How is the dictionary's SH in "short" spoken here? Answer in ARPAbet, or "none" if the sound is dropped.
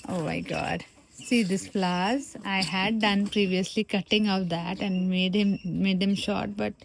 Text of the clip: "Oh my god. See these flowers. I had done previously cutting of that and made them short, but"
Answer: SH